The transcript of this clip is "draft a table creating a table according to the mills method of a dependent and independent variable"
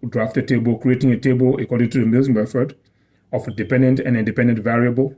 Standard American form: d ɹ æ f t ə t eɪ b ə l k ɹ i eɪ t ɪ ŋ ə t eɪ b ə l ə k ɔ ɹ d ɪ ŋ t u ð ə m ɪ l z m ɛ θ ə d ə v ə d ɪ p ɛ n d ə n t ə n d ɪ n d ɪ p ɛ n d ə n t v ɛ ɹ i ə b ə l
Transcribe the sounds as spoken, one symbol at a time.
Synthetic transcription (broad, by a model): d ɹ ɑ f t ə t eɪ b ə l k ɹ i eɪ t ɪ ŋ ə t eɪ b ə l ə k ɔ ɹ d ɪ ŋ t u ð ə m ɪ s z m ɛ f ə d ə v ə d ɪ p ɛ n d ə n t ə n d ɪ n d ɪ p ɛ n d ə n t v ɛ ɹ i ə b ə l